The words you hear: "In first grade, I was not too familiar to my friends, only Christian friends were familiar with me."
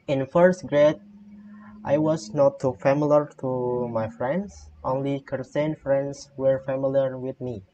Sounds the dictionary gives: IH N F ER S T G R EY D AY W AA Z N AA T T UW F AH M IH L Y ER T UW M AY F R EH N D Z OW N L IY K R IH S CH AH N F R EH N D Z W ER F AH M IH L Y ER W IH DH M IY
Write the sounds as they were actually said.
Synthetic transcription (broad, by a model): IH N F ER S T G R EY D AY W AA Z N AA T T UW F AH M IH L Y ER T UW M AY F R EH N D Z OW N L IY K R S AH N F R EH N D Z W ER F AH M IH L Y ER W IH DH M IY